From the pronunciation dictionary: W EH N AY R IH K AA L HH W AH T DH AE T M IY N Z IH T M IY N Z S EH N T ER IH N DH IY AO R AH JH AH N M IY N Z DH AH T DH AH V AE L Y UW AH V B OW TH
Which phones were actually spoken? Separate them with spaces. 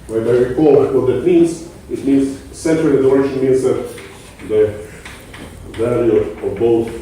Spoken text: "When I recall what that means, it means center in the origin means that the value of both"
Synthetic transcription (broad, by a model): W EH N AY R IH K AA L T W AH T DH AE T M IY N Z IH T M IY N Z S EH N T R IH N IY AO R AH SH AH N M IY N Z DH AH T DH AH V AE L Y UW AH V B OW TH